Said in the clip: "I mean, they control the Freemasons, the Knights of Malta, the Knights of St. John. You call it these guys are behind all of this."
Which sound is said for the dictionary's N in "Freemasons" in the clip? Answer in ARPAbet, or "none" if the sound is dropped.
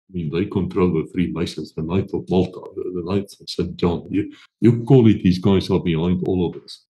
none